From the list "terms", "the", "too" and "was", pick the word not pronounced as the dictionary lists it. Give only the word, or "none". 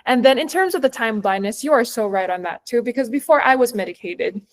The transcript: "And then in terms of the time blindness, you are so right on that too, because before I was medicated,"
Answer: none